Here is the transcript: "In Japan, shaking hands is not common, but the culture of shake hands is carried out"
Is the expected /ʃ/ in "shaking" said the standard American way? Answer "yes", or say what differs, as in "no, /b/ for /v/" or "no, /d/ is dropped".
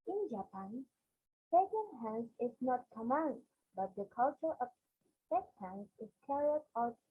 no, /s/ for /ʃ/